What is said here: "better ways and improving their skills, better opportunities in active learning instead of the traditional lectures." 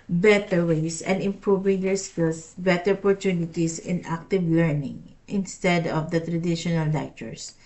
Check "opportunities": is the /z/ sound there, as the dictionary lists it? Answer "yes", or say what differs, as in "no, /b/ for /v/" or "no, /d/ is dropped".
no, /s/ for /z/